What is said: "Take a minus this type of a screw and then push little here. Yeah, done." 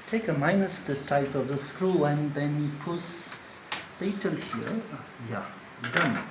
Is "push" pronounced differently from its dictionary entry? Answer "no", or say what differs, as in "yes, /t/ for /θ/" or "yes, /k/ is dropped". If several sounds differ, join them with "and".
yes, /s/ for /ʃ/